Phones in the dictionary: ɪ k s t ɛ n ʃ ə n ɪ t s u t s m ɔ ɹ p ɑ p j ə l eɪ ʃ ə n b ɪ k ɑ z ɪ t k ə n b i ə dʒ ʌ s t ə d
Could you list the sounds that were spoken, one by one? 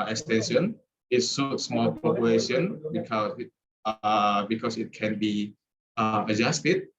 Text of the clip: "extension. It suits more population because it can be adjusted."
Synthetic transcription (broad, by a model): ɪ k s t ɛ n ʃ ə n ɪ t s u t s m ɔ l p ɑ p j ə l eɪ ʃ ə n b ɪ k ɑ s ɪ t k ə n b i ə dʒ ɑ s t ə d